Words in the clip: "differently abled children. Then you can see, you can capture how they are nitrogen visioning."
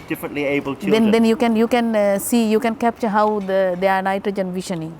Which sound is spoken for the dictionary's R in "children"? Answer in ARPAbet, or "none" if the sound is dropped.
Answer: none